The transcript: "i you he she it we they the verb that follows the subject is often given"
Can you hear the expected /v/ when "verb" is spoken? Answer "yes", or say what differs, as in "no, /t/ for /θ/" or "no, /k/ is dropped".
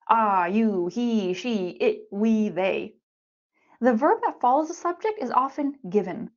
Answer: yes